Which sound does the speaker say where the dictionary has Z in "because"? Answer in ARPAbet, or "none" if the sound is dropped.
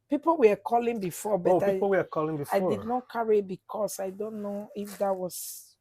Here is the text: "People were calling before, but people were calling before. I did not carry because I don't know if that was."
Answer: S